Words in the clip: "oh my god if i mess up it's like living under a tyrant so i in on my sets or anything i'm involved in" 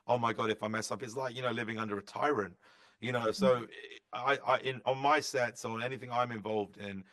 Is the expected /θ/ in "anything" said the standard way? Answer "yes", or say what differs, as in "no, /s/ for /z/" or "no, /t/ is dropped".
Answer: yes